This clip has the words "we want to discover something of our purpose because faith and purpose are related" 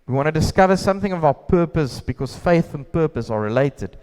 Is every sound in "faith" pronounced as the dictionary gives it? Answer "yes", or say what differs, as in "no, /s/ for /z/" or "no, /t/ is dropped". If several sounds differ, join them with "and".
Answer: yes